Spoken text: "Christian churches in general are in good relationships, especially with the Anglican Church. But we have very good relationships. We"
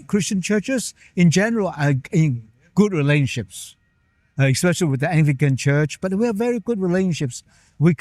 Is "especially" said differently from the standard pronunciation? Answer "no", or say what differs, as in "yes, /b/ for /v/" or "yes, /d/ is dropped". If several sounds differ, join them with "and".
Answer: no